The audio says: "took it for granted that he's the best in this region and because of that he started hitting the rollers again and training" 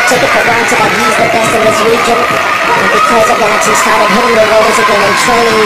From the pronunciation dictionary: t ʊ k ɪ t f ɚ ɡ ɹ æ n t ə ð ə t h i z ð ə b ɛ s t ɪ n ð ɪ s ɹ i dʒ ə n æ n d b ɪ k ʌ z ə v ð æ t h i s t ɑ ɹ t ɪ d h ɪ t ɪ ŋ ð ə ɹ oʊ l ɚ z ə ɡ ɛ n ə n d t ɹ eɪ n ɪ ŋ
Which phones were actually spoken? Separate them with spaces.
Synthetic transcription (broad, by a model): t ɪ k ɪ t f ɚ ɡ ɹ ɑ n s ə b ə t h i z ð ə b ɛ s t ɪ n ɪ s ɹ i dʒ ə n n b ɪ k ʌ z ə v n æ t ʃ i s t ɑ ɹ t ɪ d h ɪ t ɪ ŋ ð ə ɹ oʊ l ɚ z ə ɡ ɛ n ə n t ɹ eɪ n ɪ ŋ